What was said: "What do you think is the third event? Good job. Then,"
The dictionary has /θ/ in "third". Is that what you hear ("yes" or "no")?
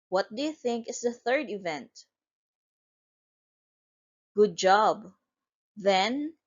yes